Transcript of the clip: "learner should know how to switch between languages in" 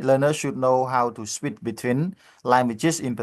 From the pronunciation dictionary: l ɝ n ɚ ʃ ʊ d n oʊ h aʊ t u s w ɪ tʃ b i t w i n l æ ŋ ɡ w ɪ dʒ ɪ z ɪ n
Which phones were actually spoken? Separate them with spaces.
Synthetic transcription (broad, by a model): l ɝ n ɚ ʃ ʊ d n oʊ h aʊ t u s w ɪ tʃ b i t w i n l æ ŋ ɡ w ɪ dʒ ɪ s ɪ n